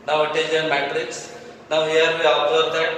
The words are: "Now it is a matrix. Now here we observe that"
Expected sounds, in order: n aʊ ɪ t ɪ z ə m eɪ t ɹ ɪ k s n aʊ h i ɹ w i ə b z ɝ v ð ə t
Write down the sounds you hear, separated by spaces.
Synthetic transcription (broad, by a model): n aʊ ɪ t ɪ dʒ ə m eɪ t ɹ ɪ k s n aʊ h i ɹ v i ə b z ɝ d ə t